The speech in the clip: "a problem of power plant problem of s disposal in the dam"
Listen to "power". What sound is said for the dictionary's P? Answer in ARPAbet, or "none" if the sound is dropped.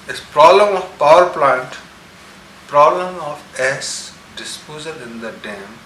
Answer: P